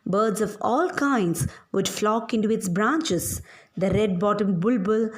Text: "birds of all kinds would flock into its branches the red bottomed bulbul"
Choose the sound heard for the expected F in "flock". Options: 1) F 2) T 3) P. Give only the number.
1